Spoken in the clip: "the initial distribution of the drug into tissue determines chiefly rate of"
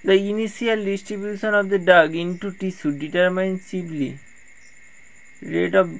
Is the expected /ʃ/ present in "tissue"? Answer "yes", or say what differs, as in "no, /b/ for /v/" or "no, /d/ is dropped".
no, /s/ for /ʃ/